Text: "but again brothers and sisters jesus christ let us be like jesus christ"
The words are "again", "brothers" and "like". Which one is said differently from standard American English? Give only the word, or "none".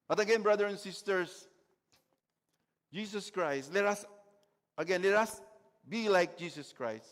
brothers